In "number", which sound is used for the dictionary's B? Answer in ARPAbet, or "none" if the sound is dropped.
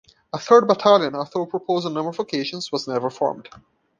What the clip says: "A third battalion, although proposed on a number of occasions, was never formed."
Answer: none